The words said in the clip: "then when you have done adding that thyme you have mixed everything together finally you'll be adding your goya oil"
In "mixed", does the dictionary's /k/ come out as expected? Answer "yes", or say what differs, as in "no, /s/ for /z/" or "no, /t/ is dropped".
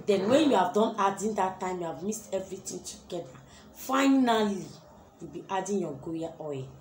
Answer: no, /k/ is dropped